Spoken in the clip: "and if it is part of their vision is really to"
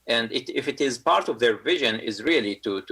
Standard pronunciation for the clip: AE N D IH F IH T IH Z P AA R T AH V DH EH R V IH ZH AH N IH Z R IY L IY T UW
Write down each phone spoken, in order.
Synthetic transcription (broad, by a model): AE N D IH F IH T IH Z P AA R T AH V DH EH R V IH ZH AH N IH Z R IY L IY T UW